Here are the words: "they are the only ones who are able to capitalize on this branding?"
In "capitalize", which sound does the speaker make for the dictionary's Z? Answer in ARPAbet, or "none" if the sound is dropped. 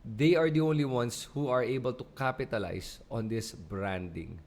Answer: S